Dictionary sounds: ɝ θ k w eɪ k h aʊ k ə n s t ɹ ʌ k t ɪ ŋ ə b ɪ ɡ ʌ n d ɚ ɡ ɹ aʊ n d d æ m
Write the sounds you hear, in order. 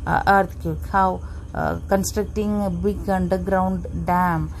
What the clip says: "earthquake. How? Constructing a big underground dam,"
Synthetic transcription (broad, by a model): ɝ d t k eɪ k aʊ k ə n s t ɹ ʌ k t ɪ ŋ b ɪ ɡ ʌ n d ɚ ɡ ɹ aʊ n d d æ m